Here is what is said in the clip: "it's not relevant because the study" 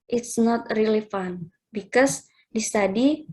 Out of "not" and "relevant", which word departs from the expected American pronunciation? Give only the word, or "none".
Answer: relevant